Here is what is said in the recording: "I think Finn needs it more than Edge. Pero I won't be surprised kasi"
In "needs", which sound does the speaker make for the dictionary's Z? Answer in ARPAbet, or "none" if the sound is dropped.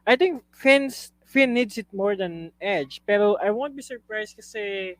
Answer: S